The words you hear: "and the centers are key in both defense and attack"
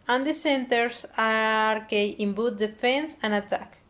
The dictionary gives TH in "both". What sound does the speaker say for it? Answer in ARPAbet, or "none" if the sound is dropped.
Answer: T